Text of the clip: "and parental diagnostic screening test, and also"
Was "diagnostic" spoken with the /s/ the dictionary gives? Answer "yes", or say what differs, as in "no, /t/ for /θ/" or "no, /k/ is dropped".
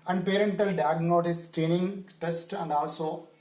no, /s/ is dropped